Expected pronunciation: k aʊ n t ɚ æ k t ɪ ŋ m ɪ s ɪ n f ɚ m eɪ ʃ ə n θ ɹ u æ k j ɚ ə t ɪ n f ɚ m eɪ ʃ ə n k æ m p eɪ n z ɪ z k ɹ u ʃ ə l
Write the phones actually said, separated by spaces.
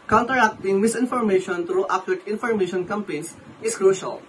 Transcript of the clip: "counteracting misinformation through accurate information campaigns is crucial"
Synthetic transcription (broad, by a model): k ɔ n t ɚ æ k t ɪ ŋ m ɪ s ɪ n f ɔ m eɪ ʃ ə n t ɹ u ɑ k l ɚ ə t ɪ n f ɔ m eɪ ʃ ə n k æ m p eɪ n s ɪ s k ɹ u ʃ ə l